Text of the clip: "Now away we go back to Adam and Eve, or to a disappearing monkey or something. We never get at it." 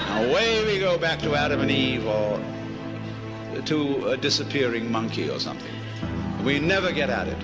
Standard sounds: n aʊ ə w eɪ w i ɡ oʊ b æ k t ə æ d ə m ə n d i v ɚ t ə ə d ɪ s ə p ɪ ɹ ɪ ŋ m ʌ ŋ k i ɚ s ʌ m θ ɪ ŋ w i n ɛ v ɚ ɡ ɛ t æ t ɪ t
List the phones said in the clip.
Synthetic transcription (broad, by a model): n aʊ ə w eɪ w i ɡ oʊ b æ k t ə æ d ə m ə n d i v ɚ t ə ə d ɪ s ə p ɪ ɹ ɪ ŋ m ʌ ŋ k i ɚ s ʌ m θ ɪ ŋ w i n ɛ v ɚ ɡ ɛ t æ t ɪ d